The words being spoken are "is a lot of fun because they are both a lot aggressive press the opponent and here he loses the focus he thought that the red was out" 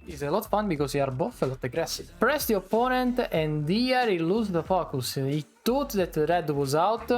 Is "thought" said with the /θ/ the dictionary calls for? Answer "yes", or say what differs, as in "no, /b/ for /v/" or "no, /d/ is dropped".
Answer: no, /t/ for /θ/